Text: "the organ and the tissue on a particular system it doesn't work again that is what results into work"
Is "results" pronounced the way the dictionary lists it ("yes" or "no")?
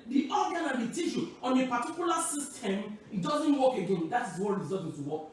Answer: no